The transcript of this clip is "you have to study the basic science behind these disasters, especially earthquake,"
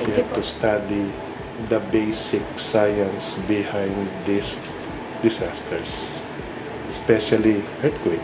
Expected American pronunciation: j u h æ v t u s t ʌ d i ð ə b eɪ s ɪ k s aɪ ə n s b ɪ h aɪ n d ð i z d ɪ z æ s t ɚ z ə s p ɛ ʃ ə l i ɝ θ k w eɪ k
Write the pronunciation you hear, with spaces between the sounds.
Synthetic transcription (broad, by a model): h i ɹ t u s t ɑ d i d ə b eɪ s ɪ k s aɪ ə n s b ɪ h aɪ n d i s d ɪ s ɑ s t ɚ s s p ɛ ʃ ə l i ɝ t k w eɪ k